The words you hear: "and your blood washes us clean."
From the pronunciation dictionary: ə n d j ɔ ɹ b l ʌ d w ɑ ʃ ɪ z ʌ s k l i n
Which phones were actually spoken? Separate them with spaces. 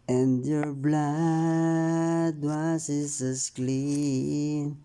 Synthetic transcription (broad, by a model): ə n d j ɔ ɹ b l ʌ d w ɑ s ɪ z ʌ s k l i n